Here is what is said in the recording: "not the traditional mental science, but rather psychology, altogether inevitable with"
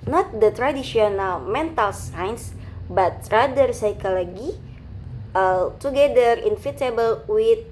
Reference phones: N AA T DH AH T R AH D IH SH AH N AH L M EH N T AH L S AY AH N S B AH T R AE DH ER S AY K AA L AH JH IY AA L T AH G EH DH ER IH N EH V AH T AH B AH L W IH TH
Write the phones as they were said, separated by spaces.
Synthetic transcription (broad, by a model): N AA T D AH T R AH D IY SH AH N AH L M EH N T AH L S AY N S B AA T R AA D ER S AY K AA L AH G IY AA T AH G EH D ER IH N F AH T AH B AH L W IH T